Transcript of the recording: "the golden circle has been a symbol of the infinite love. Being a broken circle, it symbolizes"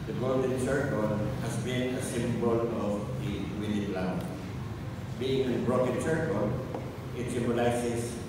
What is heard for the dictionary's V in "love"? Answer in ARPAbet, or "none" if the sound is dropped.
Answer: W